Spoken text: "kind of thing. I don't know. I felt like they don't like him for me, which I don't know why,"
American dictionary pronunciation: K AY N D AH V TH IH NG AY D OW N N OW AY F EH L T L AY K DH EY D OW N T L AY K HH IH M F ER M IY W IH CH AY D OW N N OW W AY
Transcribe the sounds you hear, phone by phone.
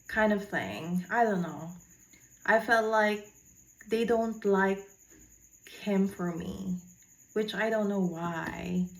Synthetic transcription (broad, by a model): K AY N D AH V TH IH NG AY D OW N N OW AY F EH L T L AY K DH EY D OW N T L AY K HH IH M F ER M IY W IH CH AY D OW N N OW W AY